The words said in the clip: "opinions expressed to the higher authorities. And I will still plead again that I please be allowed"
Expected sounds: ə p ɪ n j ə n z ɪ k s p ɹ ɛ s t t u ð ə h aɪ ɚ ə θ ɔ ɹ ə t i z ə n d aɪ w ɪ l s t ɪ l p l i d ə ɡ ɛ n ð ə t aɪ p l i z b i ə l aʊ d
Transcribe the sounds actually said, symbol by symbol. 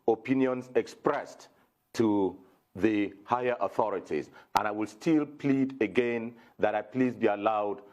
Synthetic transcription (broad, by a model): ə p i n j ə n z ɪ k s p ɹ ɛ s t t u ð ə h aɪ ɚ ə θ ɔ ɹ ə t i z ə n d aɪ w ɪ l s t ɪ l p l i d ə ɡ ɛ n ð ə t aɪ p l i z b i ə l aʊ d